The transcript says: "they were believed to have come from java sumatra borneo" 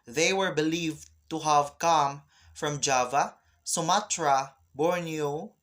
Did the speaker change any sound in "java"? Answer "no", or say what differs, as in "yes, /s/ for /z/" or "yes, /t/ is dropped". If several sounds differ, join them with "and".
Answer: no